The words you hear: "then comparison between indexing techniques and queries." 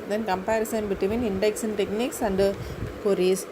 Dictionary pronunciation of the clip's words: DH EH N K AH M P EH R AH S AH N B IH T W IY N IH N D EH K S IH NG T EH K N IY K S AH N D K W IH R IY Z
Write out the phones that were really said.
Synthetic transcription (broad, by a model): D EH N K AH M P EH R AH S AH N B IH T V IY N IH N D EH K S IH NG T EH K N IY K S AH N D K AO R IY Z